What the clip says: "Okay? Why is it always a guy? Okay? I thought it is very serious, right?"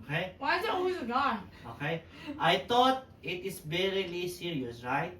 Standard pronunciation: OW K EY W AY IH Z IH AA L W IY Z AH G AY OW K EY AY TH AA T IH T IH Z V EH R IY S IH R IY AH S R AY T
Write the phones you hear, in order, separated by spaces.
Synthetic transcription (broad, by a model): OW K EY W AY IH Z IH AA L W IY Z AH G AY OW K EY AY T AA T IH T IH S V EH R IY S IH R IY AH S R AY T